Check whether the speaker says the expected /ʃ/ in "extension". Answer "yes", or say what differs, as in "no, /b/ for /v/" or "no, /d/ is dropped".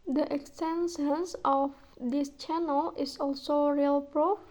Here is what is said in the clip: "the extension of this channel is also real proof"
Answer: no, /s/ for /ʃ/